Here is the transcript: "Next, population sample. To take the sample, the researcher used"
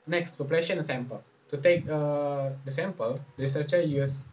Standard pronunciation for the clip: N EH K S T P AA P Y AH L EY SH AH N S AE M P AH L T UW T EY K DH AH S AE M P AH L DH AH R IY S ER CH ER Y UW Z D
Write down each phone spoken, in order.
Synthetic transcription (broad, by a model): N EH K S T F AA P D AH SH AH AH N S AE M P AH L T UW T EY K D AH S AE M P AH L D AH R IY S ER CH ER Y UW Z